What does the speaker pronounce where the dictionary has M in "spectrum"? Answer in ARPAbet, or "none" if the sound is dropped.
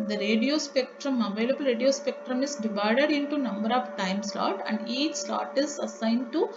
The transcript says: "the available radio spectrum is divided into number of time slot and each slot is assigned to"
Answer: M